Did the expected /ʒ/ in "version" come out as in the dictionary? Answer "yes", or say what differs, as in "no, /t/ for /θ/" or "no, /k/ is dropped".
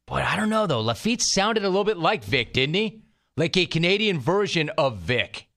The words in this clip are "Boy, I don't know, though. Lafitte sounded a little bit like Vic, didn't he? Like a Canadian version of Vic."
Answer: yes